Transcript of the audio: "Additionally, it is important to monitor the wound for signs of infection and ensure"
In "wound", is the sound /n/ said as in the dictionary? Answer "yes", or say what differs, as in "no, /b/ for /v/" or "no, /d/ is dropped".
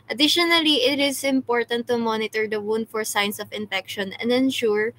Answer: yes